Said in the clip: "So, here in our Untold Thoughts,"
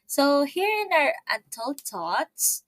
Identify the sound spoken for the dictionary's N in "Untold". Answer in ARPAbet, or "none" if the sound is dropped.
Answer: none